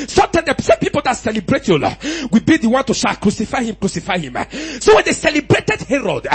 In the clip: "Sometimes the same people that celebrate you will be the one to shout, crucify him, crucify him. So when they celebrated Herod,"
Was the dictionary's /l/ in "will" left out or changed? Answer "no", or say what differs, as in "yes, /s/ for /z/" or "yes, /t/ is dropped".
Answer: yes, /w/ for /l/